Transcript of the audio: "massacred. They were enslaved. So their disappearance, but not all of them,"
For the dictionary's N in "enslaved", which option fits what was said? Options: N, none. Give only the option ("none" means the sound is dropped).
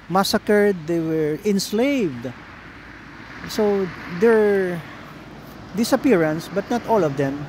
N